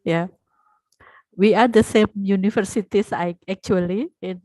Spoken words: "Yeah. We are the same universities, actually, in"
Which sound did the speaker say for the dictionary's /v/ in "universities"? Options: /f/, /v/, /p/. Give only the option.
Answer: /f/